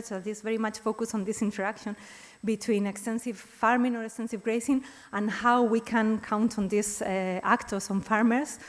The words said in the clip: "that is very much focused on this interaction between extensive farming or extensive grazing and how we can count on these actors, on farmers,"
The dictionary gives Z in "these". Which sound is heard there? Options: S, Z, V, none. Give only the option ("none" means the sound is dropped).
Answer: S